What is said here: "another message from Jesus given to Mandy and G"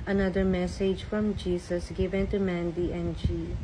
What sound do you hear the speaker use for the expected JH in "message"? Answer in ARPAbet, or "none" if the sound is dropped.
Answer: JH